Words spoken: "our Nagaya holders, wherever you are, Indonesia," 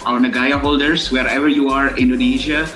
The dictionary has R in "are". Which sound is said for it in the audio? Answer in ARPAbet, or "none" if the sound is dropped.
R